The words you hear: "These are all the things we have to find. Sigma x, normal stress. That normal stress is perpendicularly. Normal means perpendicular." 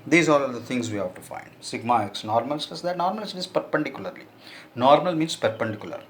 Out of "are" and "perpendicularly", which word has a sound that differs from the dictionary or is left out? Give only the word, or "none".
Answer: are